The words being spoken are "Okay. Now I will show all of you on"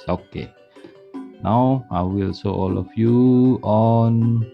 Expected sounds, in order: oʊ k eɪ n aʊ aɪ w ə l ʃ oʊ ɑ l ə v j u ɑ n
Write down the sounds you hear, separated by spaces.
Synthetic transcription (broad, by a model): oʊ k eɪ n aʊ aɪ w ə l s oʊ ɑ l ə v j u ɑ n